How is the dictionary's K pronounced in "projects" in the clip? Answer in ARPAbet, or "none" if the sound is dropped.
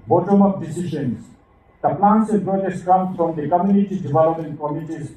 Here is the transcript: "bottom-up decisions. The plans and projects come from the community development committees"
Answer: none